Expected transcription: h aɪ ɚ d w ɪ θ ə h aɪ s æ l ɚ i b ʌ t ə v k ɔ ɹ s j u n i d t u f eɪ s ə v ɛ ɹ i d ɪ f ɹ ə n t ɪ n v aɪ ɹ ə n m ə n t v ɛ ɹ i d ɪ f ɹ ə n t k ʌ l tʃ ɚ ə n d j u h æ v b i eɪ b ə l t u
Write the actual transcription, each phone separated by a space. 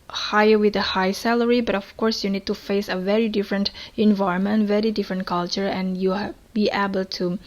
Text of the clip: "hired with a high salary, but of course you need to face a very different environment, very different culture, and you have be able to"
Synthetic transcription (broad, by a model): h aɪ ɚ w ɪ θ ə h aɪ s æ l ɚ i b ʌ t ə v k ɔ ɹ s j u n i d t u f eɪ s ə v ɛ ɹ i d ɪ f ɹ ə n t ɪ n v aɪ ə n m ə n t v ɛ ɹ i d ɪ f ɹ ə n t k ʌ l tʃ ɚ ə n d j u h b i eɪ b ə l t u